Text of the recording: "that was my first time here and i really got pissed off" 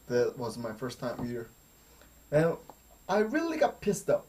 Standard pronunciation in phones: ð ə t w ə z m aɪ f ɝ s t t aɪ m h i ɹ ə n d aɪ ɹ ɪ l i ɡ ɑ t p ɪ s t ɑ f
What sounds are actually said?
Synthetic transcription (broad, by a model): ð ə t w ə z m aɪ f ɝ s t t aɪ m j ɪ ɹ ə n aɪ ɹ ɪ l i ɡ ɑ t p ɪ s t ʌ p